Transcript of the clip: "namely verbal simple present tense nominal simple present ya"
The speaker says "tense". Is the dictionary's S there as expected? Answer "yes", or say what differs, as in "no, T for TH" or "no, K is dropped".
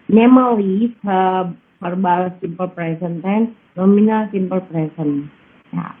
no, S is dropped